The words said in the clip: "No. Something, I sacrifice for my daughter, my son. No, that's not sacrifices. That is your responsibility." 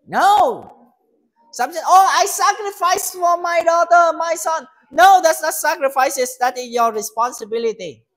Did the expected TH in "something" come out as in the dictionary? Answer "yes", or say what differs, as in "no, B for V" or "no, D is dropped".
no, T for TH